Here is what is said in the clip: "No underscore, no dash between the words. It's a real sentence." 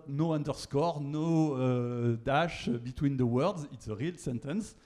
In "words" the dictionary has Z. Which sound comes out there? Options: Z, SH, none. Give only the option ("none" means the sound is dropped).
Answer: Z